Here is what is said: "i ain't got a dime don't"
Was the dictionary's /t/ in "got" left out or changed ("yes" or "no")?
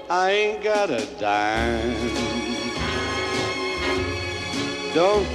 no